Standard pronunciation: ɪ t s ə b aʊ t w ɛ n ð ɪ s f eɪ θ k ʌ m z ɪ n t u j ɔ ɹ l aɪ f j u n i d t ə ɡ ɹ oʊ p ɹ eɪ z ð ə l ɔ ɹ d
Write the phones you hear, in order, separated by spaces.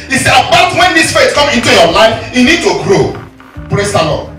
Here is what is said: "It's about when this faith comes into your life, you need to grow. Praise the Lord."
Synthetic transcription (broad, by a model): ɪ s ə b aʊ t w ɛ n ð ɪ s f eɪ t k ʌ m ɪ n t u j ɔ l aɪ f j u n i d t ə ɡ ɹ oʊ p ɹ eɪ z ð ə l ɔ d